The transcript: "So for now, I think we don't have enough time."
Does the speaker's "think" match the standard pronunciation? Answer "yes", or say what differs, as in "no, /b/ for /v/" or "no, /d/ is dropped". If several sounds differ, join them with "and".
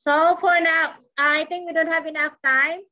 no, /t/ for /θ/